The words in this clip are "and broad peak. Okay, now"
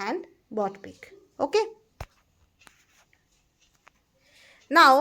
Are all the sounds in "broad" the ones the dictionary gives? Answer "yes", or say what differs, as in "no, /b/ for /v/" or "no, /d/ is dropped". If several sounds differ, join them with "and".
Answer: no, /ɹ/ is dropped